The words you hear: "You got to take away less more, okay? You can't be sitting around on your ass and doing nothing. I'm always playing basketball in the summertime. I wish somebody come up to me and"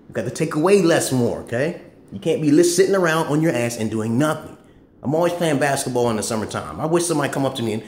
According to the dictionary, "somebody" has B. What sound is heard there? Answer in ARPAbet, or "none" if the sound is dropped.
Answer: none